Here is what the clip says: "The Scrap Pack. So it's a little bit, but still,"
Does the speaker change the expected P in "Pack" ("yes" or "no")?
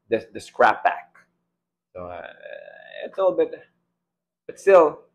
yes